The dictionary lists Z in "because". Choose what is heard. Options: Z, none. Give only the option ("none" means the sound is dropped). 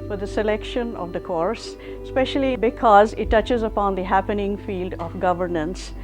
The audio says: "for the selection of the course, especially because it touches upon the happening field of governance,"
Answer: Z